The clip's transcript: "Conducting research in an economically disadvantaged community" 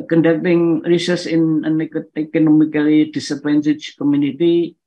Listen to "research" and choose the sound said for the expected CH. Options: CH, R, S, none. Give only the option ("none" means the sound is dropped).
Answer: S